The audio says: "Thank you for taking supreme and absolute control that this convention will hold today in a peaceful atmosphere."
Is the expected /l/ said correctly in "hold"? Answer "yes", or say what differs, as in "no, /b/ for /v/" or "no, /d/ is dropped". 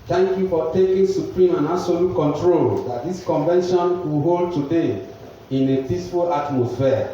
yes